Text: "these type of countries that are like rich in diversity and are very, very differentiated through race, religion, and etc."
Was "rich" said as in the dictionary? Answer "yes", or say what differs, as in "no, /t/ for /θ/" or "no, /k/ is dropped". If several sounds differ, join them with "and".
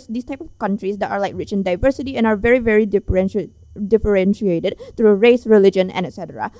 yes